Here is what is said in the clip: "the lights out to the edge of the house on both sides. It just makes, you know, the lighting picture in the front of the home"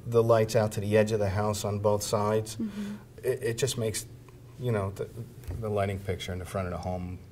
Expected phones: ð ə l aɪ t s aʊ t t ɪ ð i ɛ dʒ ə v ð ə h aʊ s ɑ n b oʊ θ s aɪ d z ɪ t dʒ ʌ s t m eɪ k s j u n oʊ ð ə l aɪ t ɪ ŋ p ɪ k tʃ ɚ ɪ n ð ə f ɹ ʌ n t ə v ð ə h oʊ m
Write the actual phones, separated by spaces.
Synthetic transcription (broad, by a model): ð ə l aɪ t s aʊ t t ɪ ð i ɛ dʒ ə v ð ə h aʊ s n b oʊ θ s aɪ d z ɪ t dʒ ʌ s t m eɪ k s j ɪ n oʊ ð ə l aɪ t ɪ ŋ p ɪ k tʃ ɚ ɪ n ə f ɹ ʌ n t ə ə h oʊ m